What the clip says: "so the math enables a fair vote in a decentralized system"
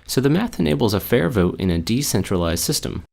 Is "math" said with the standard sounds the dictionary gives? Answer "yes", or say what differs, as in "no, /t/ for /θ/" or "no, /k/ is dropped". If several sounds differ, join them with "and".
yes